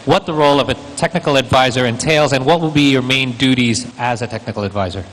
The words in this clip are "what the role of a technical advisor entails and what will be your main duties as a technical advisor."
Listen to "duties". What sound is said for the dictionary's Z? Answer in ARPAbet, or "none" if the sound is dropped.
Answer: Z